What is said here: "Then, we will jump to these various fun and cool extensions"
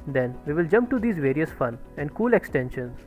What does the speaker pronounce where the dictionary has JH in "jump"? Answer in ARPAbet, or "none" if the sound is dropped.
JH